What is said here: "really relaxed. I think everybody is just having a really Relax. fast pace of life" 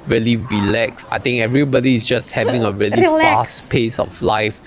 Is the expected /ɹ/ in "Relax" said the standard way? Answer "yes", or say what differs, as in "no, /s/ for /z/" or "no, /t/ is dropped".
no, /l/ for /ɹ/